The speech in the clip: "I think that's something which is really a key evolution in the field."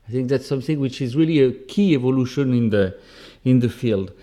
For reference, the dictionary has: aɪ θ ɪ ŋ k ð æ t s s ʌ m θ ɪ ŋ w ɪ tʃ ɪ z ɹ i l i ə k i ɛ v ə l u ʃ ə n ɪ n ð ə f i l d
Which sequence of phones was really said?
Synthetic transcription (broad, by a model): aɪ θ ɪ ŋ k ð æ t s s ʌ m θ ɪ ŋ w ɪ tʃ ɪ z ɹ i l i ə k i ɛ v ə l u ʃ ə n ɪ n ð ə f i l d